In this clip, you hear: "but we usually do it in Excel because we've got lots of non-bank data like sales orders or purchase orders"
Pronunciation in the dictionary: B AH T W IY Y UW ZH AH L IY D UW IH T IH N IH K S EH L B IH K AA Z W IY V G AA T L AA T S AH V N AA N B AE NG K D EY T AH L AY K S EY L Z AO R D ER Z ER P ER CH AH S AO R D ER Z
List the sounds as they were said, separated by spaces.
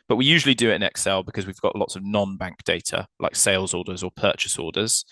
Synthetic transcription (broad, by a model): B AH T W IY Y UW ZH AH L IY D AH IH T IH N IH K S EH L B IH K AA Z W IY V G AA T L AA T S AH V N AA N B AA NG K D EY T AH L AY K S EY L Z AO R D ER Z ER P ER CH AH S AO D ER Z